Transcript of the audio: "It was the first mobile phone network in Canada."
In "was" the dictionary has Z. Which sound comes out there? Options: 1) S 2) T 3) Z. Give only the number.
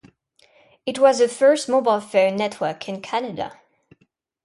3